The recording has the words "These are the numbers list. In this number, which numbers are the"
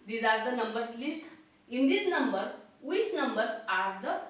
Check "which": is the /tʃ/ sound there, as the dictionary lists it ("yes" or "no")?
no